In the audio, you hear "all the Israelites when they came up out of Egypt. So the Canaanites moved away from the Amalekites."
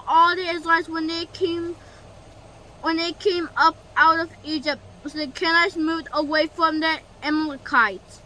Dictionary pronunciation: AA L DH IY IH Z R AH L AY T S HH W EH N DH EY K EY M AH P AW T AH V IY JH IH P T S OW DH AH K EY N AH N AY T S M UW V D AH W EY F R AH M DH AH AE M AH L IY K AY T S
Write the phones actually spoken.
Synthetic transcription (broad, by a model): AA L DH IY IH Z L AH W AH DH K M W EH N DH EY K EY M AH P AW T AH V IY JH IH P T S OW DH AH K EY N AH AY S M UW V D AH W EY F R AH M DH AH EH M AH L K AY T